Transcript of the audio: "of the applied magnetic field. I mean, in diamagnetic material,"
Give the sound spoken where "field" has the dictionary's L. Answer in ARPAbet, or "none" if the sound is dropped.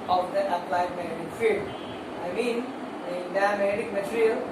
none